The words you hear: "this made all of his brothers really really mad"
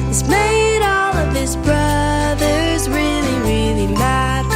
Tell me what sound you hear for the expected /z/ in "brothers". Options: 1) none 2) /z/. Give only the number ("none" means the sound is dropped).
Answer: 2